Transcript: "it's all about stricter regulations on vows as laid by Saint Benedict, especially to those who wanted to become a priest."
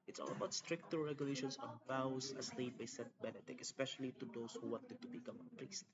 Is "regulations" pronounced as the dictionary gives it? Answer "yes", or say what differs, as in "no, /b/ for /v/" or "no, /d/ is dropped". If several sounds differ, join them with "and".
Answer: no, /s/ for /z/